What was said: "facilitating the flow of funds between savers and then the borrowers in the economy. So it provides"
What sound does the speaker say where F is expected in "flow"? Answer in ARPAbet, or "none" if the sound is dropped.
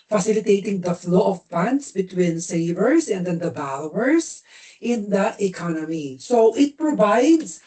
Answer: F